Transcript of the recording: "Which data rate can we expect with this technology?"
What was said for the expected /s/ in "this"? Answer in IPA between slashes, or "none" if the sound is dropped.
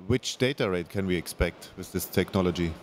/s/